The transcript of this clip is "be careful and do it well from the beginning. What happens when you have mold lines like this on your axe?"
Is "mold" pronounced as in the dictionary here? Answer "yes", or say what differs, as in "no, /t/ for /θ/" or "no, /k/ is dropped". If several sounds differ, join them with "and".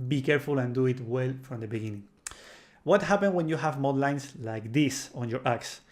no, /l/ is dropped